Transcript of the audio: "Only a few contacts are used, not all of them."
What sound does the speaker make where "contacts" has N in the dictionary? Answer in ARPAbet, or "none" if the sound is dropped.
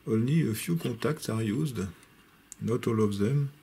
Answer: none